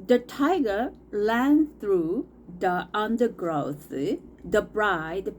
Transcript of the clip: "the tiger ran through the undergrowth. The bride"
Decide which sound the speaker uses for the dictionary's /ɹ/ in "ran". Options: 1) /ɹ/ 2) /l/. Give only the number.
2